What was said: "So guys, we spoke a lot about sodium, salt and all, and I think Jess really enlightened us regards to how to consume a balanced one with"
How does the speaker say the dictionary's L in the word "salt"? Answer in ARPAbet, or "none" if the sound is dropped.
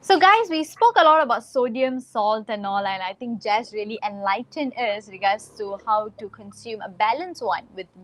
L